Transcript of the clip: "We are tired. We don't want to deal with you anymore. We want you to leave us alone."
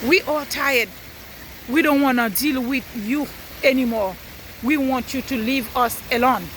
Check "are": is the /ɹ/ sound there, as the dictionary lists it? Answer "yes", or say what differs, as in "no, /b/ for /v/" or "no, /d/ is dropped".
no, /l/ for /ɹ/